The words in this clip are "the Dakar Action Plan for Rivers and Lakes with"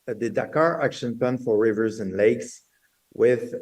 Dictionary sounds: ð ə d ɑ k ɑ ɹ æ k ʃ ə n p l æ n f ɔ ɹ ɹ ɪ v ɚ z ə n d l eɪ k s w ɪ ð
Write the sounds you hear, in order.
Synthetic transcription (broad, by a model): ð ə d ɑ k ɑ ɹ æ k ʃ ə n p æ n f ɔ ɹ ɹ ɪ v ɚ z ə n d l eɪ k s w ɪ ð